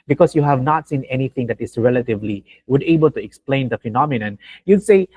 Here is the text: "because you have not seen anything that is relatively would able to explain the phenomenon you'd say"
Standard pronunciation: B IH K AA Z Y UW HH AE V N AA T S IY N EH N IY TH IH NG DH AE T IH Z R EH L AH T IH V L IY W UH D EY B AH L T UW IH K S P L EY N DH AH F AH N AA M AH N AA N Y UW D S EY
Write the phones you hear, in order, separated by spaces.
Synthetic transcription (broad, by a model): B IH K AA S Y UW HH AE V N AA T S IY N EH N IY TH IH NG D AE T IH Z R EH L AH T IH V L IY W UH D EY B AH L T UW IH K S P L EY N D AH F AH N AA M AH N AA N Y UW D S EY